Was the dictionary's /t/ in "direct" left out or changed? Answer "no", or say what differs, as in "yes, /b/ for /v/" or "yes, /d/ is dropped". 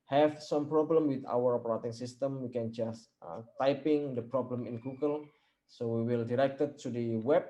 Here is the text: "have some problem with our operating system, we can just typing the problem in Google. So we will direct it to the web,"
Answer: no